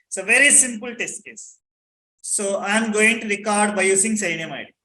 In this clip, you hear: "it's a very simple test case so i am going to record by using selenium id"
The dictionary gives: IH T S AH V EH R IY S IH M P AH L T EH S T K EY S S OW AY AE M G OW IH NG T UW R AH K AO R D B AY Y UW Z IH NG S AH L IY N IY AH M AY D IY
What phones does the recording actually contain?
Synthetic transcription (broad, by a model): S AH V EH R IY S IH M P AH L T EH S T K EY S S OW AY M G OW IH NG T UW R AH K AO R D B AY Y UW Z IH NG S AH IH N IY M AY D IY